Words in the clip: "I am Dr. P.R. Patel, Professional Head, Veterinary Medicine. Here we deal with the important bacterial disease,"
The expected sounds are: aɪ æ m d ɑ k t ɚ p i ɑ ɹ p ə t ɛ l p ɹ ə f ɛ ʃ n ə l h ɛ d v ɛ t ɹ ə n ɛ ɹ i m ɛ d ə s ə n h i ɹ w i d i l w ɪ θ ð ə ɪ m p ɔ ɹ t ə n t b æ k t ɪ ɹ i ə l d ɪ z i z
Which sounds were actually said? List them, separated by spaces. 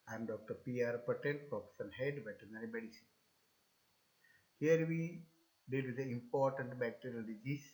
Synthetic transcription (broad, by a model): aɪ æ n d ɑ k t ɚ p i ɑ ɹ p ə t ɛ n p ɹ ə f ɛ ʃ ə n h ɛ d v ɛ t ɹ n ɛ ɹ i m ɛ d ə s ə n h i ɹ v i d i l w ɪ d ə ɪ m p ɔ ɹ t ə n t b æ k t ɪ ɹ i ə l d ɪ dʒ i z